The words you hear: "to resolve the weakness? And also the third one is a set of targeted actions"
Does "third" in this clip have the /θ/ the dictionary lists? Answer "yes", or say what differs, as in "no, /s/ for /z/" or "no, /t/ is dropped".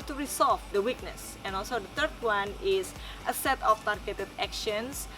no, /t/ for /θ/